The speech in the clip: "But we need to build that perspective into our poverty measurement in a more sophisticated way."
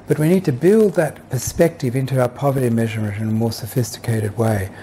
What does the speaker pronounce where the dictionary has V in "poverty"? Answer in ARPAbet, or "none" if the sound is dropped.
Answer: V